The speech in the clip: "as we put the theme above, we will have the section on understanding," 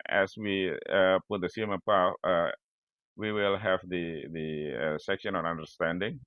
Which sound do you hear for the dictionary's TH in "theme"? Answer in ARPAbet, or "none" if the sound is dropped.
S